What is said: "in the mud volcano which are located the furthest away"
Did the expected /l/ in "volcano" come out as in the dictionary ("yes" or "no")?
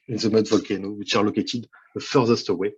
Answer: yes